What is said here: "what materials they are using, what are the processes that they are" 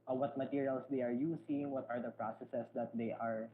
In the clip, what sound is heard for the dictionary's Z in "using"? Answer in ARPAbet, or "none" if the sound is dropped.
S